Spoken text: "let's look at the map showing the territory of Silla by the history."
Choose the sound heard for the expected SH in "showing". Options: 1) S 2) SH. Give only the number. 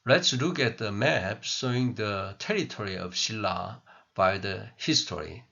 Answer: 1